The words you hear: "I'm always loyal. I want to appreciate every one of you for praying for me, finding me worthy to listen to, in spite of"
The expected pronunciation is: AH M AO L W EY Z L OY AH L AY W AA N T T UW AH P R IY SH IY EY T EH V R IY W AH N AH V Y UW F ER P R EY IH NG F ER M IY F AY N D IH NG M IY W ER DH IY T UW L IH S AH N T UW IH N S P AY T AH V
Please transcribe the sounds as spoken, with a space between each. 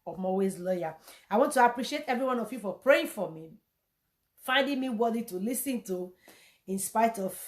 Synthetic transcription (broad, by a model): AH M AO W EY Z L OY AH AY W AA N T T UW AH P R IY SH IY EY T EH V R IY W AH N AH V Y UW F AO P R EY IH NG F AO M IY F AY N D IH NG M IY W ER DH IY T UW L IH S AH N T UW IH N S P AY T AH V